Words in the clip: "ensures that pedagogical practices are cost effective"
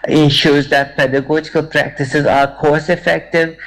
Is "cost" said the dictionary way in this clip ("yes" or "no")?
no